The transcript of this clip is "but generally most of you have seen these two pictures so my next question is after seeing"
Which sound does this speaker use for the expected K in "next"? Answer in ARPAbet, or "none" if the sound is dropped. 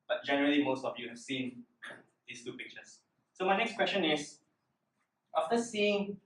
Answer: K